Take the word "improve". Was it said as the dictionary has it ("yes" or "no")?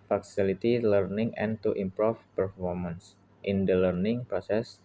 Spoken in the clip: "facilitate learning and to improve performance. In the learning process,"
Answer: no